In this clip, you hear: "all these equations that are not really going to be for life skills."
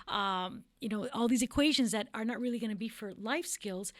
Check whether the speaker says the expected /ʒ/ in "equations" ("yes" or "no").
yes